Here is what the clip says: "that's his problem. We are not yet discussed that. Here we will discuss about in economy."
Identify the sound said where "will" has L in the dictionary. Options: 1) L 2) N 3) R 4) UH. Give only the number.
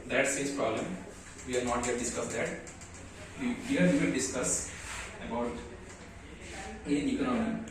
2